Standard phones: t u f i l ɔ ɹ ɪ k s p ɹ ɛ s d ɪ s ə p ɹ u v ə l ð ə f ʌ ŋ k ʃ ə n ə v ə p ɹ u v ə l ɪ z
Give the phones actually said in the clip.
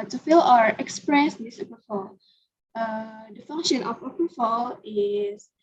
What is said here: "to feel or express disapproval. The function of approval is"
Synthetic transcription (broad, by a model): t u f i l ɔ ɹ ɪ k s p ɹ ɛ s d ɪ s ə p ʌ f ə l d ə f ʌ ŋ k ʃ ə n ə f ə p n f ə l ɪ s